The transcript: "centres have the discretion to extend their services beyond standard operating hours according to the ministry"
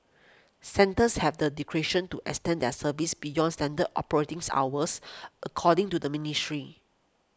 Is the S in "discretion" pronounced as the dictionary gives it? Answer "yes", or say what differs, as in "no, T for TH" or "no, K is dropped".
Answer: no, S is dropped